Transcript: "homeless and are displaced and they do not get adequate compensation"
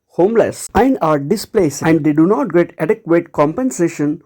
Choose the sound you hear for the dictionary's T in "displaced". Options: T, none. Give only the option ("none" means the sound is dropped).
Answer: none